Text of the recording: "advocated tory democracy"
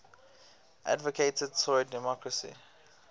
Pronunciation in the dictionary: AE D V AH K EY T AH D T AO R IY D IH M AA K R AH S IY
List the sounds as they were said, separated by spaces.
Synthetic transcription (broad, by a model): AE D V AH K EY T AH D S AO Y D IH M AA K R AH S IY